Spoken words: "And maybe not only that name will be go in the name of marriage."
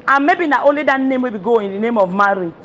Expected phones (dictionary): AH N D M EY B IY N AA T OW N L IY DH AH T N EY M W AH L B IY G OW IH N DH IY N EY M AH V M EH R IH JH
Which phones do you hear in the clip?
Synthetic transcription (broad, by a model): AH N M EY B IY N AA T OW L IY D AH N N EY M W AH B IY G OW IH N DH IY N EY M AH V M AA R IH